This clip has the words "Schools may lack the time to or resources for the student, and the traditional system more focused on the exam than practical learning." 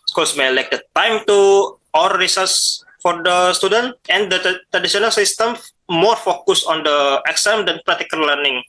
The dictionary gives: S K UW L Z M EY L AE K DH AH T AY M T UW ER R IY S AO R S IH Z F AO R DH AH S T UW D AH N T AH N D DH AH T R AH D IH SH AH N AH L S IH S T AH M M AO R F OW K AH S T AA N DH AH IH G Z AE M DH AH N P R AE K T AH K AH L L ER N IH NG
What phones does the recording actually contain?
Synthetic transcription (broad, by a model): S K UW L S M EY L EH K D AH T AY M T UW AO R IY S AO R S F AO R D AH S T UW D AH N T AH N D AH T R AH D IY S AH N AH L S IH S T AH M M AO R F OW K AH S AA N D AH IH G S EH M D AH N P R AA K T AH K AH L L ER N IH NG